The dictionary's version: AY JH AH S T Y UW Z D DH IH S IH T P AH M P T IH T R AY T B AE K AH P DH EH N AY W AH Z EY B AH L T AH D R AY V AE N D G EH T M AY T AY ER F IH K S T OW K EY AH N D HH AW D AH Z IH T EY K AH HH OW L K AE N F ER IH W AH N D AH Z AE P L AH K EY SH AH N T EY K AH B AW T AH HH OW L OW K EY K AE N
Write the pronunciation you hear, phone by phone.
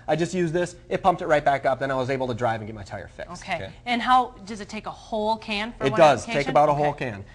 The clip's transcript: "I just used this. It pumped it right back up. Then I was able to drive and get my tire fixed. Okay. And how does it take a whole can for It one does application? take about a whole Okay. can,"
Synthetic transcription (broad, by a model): AY JH AH S T Y UW Z DH IH S IH T P AH M P T IH T R AY T B AE K AH P DH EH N AY W AH Z EY B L T AH D R AY V N G EH T M AY T AY ER F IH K OW K EY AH N HH AW D AH Z IH T EY K AH HH OW L K AE N F ER IH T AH D AH Z EY AH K AH B AW T AH HH OW L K K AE N